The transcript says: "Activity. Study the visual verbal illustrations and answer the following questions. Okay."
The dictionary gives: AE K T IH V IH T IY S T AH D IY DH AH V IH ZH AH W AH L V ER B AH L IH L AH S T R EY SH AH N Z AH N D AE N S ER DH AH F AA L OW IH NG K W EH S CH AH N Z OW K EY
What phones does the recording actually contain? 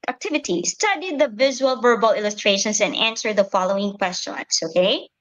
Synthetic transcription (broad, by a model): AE K T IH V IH T IY S T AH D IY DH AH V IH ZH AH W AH L V ER B AH L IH L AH S T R EY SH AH N S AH N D AE N S ER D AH F AA L OW IH NG K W EH S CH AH N S OW K EY